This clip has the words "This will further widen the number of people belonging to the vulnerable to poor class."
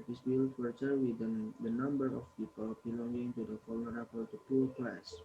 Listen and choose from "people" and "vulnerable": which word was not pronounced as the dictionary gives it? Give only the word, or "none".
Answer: vulnerable